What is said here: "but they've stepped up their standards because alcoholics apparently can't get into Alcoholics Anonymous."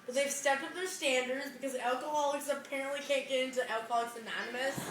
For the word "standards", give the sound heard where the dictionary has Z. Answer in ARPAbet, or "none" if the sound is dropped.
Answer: Z